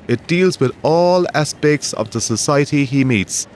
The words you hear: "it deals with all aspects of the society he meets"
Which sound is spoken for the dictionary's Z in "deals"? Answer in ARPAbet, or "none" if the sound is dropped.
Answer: Z